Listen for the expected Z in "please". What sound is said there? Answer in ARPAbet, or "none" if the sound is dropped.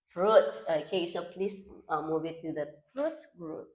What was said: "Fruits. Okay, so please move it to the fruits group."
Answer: S